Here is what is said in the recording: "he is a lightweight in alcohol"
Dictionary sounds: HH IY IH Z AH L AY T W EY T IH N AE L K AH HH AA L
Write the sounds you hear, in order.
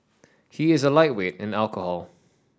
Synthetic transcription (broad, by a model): HH IY IH Z AH L AY T W EY T IH N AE L K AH HH AA L